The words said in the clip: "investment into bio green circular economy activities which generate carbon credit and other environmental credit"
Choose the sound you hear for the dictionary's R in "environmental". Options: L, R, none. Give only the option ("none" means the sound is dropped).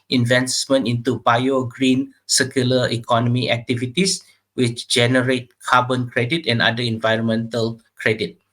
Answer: R